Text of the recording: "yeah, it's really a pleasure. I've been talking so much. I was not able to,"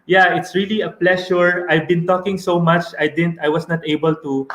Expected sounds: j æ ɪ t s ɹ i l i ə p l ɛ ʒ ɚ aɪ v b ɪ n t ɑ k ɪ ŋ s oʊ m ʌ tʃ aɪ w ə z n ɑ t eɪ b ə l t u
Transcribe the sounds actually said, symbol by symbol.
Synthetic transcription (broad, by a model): j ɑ ɪ t s ɹ i l i ə p l ɛ ʃ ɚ aɪ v b ɪ n t ɑ k ɪ ŋ s oʊ m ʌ tʃ aɪ w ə s n ɑ t eɪ b ə l t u